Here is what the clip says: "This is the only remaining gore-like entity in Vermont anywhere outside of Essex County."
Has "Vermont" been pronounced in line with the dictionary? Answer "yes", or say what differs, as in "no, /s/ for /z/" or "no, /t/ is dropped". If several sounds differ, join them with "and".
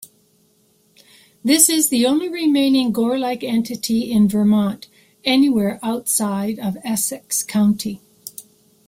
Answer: yes